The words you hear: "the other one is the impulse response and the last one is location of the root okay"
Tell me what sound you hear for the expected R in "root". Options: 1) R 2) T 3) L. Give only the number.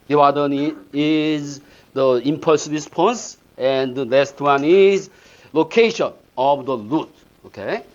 3